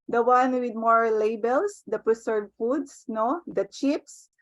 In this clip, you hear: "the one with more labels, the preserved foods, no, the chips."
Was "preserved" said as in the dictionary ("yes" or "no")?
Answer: no